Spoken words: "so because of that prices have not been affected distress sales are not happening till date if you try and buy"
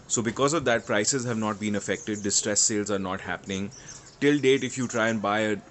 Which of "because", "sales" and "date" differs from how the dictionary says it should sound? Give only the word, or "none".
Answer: none